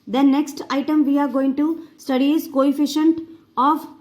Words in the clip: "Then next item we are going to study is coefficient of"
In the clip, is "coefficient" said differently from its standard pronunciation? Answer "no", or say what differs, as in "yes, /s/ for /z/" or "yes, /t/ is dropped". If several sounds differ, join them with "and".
no